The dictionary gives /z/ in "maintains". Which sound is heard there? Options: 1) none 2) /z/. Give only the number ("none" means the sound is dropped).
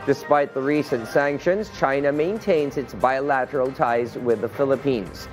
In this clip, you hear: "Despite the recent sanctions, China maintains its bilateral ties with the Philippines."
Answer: 2